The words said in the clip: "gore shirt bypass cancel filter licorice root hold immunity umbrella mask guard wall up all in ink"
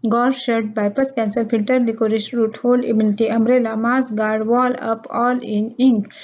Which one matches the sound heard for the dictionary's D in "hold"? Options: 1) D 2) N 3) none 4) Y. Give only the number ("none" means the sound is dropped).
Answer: 3